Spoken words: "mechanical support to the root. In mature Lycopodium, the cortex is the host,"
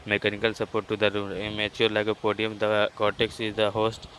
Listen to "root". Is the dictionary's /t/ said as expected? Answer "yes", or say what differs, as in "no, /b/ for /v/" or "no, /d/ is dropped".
no, /t/ is dropped